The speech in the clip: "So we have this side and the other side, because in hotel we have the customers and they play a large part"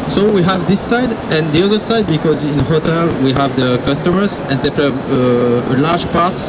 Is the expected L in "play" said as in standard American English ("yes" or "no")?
no